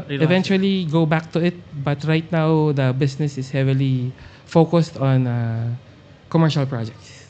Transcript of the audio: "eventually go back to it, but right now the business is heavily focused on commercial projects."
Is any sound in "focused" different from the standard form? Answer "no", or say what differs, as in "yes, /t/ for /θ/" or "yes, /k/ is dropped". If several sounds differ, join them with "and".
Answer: no